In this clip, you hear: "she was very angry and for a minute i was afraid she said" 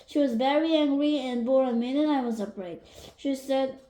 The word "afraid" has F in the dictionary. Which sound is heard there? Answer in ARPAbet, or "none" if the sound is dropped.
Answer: P